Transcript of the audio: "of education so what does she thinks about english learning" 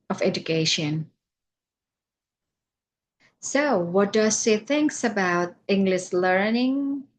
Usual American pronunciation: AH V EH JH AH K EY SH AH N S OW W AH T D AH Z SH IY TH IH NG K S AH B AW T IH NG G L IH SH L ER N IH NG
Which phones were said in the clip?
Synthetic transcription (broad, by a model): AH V EH JH AH K EY SH AH N S OW W AH T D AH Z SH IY TH IH NG K S AH B AW T IH NG G L IH SH L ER N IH NG